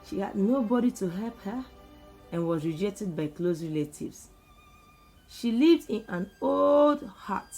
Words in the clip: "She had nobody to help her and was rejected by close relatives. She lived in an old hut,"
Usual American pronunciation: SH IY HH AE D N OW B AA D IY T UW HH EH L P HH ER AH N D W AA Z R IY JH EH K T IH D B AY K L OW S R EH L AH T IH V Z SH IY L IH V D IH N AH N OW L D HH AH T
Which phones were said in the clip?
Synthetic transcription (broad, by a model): SH IY HH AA D N OW B AA D IY T UW HH EH L P HH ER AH N W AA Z R IY JH EH K T IH D B AY K L OW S R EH L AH T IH V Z SH IY L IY V D IH N AH N OW L D HH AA T